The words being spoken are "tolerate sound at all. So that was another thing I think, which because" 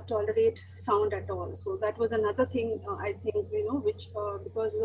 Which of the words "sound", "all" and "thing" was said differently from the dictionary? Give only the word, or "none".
thing